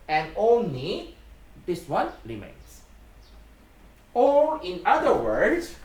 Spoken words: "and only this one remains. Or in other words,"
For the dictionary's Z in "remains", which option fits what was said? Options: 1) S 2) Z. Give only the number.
1